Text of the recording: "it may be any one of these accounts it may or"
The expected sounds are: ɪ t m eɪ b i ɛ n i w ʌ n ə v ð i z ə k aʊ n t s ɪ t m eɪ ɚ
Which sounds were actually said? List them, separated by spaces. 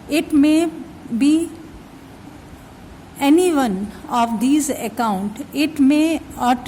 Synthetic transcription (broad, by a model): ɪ t m eɪ b i ɛ n i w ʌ n ə v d i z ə k aʊ n t ɪ t m eɪ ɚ